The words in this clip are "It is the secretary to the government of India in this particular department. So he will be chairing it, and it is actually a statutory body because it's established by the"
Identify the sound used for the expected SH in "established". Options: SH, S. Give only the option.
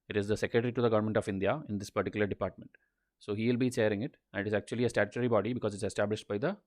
SH